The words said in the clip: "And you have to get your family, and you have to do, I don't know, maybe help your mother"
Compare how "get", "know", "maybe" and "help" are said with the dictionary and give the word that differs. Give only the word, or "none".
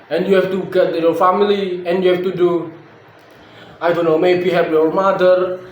help